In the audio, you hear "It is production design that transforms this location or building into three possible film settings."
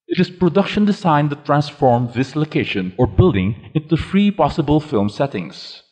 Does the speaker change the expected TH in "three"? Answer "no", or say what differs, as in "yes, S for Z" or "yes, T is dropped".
yes, F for TH